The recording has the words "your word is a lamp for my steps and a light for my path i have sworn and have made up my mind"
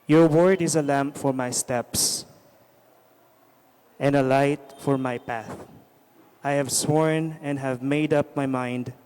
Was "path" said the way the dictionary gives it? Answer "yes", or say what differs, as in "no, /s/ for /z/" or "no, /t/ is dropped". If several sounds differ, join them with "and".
yes